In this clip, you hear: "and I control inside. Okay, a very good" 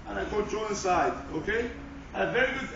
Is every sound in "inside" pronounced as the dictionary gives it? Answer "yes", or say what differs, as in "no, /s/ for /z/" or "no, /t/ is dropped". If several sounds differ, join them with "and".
no, /n/ is dropped